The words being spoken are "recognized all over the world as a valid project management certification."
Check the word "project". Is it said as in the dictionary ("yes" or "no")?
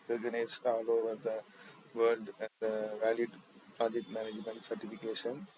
no